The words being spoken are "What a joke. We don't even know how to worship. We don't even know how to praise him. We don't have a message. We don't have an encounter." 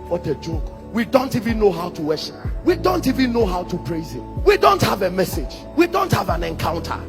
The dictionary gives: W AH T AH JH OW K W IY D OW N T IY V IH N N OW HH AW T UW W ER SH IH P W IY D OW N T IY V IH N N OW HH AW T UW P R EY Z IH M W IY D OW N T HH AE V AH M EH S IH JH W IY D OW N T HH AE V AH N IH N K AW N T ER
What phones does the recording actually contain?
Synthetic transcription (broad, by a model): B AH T AH JH OW K W IY D OW N T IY V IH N N OW HH AW T UW W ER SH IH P W IY D OW N T IY V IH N N OW HH AW T UW P R EY Z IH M W IY D OW N T HH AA V AH M EH S IH JH W IY D OW N T HH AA V AH N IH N K AW N T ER